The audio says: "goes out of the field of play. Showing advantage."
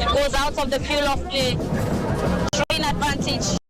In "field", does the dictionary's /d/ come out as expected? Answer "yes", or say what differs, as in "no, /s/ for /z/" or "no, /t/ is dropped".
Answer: no, /d/ is dropped